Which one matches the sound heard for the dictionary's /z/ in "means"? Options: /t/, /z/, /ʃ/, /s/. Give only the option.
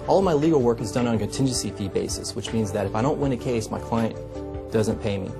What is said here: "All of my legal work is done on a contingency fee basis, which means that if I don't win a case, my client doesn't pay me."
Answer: /z/